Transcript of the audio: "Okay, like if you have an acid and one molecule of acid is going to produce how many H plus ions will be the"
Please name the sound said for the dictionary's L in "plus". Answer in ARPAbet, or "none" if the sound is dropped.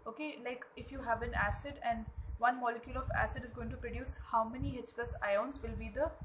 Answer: none